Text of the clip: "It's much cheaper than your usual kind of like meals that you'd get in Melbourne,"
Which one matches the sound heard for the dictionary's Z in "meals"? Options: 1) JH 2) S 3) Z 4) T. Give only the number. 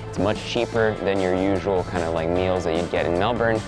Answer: 3